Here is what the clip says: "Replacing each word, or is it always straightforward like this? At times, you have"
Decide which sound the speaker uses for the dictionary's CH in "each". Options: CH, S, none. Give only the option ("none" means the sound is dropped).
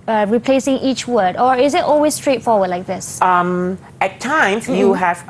CH